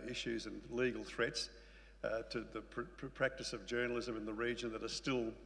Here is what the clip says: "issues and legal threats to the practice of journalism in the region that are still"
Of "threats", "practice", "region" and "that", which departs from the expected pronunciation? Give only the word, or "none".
none